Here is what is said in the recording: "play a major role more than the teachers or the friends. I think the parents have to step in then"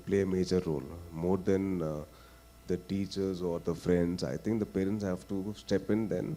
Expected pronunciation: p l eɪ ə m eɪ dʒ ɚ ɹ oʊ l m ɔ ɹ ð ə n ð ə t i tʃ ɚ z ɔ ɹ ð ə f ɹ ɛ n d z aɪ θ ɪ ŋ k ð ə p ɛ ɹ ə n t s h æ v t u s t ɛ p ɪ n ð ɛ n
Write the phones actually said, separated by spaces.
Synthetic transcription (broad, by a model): p l eɪ ə m eɪ dʒ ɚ ɹ oʊ l m ɔ ɹ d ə n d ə t i tʃ ɚ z ɔ ɹ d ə f ɹ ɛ n d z aɪ t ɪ ŋ k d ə p ɛ ɹ ə n t s h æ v t u s t ɛ p ɪ n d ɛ n